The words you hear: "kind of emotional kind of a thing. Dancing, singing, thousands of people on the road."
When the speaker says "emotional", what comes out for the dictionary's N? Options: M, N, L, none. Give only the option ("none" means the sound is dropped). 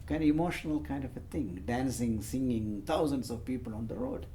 N